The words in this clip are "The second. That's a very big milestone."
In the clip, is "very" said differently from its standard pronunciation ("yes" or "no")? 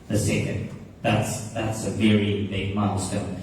no